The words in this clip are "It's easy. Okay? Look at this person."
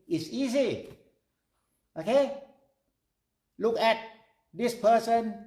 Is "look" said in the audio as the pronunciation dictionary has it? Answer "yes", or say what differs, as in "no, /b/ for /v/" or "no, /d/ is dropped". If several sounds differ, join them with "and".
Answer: yes